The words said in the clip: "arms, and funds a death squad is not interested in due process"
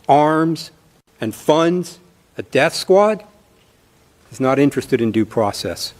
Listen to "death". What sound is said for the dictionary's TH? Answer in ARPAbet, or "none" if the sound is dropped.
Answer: TH